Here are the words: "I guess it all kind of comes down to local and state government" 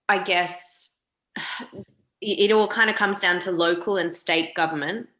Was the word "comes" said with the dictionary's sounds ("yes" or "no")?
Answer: yes